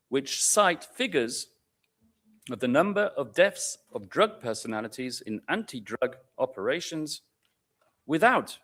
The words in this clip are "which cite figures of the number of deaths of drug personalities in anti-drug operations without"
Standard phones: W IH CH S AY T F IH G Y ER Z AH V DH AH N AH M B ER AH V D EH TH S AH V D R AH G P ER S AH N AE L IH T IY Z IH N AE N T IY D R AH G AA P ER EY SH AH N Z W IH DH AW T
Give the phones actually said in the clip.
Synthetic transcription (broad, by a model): W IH CH S AY T F IH G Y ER Z AH V DH AH N AH M B ER AH V D EH F S AH V D R AH G P ER S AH N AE L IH T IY Z IH N AE N T IY D R AH G AA P ER EY SH AH N Z W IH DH AW T